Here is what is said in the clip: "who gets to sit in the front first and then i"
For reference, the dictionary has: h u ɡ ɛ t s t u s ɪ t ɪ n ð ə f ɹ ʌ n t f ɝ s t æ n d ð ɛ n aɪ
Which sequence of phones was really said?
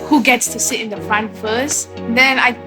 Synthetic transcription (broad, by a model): h u ɡ ɛ t s t u s ɪ t ɪ n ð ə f ɹ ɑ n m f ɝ s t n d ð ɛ n aɪ